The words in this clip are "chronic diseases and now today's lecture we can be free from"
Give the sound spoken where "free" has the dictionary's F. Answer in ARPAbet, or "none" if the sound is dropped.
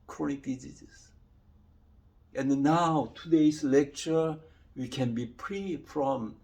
P